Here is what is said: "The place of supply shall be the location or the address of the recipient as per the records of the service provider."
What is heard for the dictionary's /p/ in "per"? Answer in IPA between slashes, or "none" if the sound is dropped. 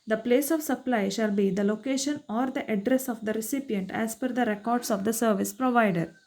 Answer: /f/